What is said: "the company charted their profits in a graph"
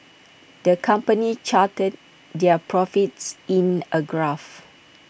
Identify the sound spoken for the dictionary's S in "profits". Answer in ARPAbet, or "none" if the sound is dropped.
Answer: S